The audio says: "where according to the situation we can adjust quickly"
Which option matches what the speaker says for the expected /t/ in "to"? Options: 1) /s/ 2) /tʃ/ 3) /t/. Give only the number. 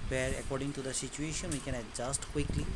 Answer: 3